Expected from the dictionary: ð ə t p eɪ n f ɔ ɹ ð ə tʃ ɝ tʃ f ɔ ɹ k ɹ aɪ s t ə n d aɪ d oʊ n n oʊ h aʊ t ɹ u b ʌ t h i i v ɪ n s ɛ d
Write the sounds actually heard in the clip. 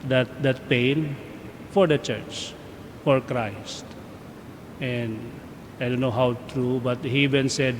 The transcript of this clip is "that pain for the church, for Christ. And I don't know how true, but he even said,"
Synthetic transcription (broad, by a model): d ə t p eɪ n f ɔ ɹ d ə tʃ ɝ tʃ f ɔ ɹ k ɹ aɪ s t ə n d aɪ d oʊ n n oʊ h aʊ t ɹ u b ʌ t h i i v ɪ n s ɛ d